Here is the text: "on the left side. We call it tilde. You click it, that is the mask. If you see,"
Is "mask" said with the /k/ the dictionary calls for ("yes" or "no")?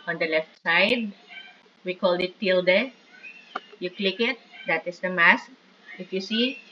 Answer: yes